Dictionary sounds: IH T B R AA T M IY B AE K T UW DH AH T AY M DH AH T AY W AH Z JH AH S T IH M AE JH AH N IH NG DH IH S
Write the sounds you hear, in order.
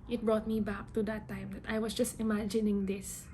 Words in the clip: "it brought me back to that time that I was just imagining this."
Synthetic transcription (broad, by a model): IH T B R AA T M IY B AE K T UW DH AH T AY M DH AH T AY W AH S JH AH S T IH M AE JH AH N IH NG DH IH S